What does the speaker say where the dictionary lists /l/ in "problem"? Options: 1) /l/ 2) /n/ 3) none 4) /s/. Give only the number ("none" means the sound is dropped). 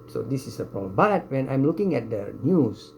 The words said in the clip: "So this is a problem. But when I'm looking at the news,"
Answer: 3